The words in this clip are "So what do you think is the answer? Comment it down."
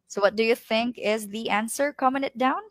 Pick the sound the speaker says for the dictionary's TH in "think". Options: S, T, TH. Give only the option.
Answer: TH